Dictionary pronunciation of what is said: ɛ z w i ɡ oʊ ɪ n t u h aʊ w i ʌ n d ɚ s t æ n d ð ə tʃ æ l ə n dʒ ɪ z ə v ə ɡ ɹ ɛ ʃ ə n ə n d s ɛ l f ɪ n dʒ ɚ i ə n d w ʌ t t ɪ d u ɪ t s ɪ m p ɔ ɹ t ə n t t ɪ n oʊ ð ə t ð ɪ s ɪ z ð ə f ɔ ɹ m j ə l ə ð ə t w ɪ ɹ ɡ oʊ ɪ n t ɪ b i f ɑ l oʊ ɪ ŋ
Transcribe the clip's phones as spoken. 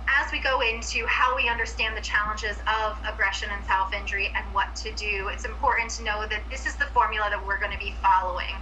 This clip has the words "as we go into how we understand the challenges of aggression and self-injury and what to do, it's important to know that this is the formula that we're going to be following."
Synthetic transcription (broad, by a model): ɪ z w i ɡ oʊ ɪ n t u h aʊ w i ʌ n d ɚ s t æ n ð ə tʃ æ l ə n dʒ ɪ z ə v ə ɡ ɹ ɛ ʃ ə n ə n s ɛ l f ɪ n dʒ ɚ i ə n w ʌ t t ɪ d u ɪ t s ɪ m p ɔ ɹ t n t t ɪ n oʊ ð ə t ð ɪ s ɪ z ð ə f ɔ ɹ m j l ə ð ə t w ɪ ɹ ɡ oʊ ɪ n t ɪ b i f ɑ l oʊ ɪ ŋ